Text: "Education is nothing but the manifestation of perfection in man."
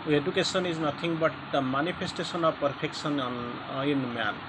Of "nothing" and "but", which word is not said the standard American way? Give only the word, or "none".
nothing